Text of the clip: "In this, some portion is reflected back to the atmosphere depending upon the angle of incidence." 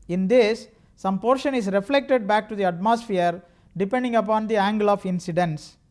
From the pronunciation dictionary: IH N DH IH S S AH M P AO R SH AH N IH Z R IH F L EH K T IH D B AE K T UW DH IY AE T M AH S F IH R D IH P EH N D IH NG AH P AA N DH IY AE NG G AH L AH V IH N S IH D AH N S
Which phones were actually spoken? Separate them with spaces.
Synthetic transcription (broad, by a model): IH N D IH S S AH M P AO R SH AH N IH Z R IH F L EH K T IH D B AE K T UW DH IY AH T M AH S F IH R D IH P EH N D IH NG AH P AA N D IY AE NG G AH L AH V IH N S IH D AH N S